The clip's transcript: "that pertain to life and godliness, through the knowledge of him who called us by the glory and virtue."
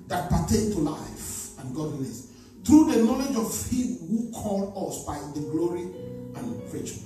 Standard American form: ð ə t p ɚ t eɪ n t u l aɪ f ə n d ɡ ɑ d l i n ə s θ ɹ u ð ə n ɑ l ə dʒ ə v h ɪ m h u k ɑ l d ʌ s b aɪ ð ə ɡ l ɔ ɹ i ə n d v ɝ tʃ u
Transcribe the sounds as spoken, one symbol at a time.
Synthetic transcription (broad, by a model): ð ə t p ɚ t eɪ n t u l aɪ f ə n ɡ ɑ d l i n ə s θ ɹ u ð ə n ɑ l ə dʒ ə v h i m h u k ɑ l d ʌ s b aɪ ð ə ɡ l ɔ ɹ i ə n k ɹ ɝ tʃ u